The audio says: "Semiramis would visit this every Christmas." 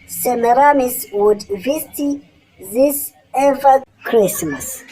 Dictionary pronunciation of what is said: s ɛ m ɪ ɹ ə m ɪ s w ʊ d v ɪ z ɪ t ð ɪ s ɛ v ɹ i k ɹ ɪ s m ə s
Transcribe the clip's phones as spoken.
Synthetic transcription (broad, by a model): s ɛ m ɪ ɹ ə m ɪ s w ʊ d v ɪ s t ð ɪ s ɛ v i k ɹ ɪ s m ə s